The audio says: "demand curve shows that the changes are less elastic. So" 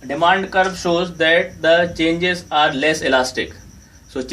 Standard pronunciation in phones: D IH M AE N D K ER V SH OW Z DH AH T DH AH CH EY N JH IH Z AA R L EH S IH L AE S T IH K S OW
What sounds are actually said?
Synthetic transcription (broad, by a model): D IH M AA N D K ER B SH OW Z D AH T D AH CH EY N JH IH Z AA R L EH S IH L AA S T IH K S OW